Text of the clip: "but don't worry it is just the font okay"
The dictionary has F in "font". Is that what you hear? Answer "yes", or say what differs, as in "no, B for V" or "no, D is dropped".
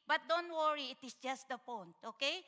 no, P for F